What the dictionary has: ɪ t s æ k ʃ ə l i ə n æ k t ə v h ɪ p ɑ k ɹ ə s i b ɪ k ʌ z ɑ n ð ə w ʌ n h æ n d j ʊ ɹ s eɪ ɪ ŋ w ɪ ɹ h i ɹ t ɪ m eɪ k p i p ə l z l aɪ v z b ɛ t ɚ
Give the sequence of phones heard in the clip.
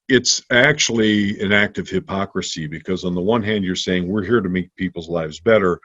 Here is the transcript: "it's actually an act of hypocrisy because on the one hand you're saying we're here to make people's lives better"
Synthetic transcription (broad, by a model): ɪ t s æ k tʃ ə l i ə n æ k t ə v h ɪ p ɑ k ɹ ə s i b ɪ k ʌ z n ð ə w ʌ n h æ n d j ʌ ɹ s eɪ ɪ ŋ w ɪ ɹ h i ɹ t ɪ m eɪ k p i p l z l aɪ v z b ɛ t ɚ